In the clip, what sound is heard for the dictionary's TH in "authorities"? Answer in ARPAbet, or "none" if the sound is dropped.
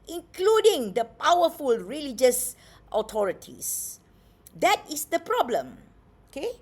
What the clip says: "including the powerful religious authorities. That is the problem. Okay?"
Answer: T